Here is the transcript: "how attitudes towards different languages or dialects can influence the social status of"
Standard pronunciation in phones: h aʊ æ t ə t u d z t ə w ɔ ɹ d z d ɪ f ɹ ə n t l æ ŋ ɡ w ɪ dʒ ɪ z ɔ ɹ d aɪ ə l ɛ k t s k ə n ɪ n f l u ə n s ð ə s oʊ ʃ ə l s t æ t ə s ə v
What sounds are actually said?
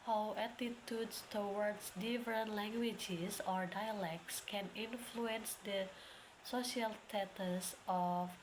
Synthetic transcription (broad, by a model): h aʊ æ t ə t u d s t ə w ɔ ɹ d s d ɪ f ɹ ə n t l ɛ ŋ ɡ w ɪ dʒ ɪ s ɔ ɹ d aɪ ə l ɛ k t s k ə n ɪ n f l u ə n s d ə s oʊ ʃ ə l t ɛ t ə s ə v